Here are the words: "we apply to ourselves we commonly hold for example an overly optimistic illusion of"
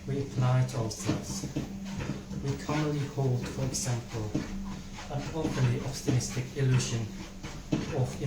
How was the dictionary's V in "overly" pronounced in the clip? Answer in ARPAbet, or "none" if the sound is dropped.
P